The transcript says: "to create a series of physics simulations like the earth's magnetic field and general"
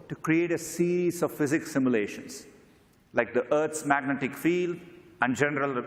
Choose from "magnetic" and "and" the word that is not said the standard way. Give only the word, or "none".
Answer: none